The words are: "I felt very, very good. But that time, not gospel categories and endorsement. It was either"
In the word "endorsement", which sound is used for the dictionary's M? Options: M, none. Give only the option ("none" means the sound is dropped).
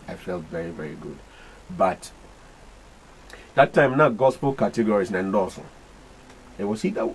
none